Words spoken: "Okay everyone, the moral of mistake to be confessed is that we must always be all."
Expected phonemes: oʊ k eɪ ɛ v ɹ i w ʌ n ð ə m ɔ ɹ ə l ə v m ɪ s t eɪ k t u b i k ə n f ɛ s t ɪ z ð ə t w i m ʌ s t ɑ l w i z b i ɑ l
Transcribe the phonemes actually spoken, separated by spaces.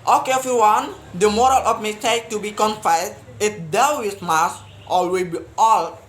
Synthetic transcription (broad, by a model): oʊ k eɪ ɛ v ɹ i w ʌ n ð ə m ɔ ɹ ə l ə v m ɪ s t eɪ k t u b i k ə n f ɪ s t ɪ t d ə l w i m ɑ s t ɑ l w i b i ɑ l